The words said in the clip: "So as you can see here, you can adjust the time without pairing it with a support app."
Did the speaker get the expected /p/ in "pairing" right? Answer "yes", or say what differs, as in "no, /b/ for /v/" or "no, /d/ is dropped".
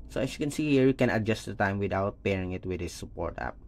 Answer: yes